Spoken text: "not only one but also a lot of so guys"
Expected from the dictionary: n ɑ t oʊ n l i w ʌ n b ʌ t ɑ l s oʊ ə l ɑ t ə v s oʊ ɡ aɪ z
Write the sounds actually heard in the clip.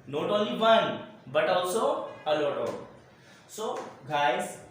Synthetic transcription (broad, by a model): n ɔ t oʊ l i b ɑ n b ʌ t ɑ w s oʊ ə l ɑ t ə s oʊ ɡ aɪ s